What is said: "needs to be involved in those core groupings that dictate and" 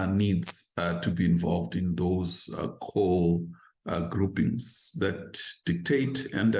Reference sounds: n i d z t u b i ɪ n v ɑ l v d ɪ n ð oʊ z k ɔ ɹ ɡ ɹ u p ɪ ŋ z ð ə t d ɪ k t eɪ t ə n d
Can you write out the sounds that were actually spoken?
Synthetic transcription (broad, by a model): n i d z t u b i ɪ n v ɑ l v d ɪ n ð oʊ z k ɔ l ɡ ɹ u p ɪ ŋ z ð ə t d ɪ k t eɪ t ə n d